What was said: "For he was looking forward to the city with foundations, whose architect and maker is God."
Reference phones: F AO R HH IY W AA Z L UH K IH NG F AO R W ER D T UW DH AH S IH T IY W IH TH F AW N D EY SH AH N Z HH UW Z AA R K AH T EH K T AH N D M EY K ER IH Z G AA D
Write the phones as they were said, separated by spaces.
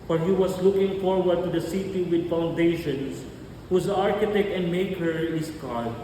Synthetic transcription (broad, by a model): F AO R HH IY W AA S L UH K IH NG F AO R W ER D T UW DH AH S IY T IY W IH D F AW N D EY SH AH N S HH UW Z AA R K AH T EH K T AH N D M EY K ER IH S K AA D